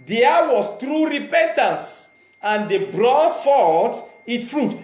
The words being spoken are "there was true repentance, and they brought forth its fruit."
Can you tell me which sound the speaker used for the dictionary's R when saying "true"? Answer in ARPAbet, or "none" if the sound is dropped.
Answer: R